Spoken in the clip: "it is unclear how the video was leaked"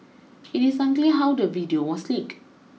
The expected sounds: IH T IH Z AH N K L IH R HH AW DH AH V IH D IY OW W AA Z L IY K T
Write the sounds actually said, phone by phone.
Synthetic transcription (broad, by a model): IH T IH S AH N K L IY HH AW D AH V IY D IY OW W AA S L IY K